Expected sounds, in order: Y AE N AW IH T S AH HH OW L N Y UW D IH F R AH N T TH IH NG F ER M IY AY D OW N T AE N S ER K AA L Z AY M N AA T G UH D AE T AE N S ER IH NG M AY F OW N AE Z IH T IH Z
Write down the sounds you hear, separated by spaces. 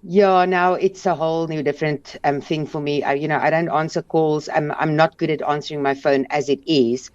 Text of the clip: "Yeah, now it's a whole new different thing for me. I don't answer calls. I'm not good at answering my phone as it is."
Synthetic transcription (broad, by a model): Y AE N AW IH T S AH HH OW L N Y UW D IH F R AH N T TH IH NG F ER M IY AY D OW N T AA N S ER K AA L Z AY M N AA T G UH D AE T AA N S ER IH NG M AY F OW N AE Z IH T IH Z